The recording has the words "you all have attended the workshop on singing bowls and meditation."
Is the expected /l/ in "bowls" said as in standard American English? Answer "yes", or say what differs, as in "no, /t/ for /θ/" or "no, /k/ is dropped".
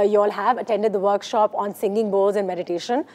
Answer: no, /l/ is dropped